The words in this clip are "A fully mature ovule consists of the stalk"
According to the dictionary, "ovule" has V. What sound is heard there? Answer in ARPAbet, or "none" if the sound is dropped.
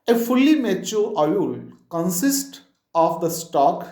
none